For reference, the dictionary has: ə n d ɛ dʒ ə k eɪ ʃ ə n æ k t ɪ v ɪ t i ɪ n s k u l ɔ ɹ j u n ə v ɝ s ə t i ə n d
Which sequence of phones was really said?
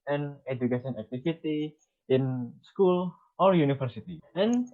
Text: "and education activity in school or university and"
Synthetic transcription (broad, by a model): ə n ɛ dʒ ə k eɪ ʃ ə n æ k t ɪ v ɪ t i ɪ n s k u l ɔ ɹ j u n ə f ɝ s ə t i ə n